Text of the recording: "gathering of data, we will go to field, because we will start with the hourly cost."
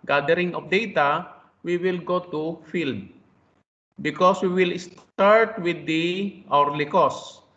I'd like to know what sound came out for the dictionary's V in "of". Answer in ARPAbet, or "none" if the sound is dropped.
P